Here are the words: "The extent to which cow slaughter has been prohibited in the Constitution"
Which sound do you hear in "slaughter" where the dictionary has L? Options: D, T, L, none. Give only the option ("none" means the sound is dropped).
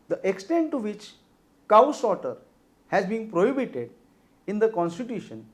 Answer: none